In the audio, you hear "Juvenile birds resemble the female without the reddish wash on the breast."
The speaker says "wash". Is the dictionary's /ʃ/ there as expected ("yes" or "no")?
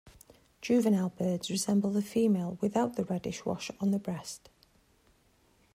yes